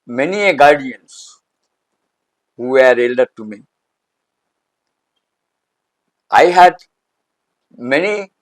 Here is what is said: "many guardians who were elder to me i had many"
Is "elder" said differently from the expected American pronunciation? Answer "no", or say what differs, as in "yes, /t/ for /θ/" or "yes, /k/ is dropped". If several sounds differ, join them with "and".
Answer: no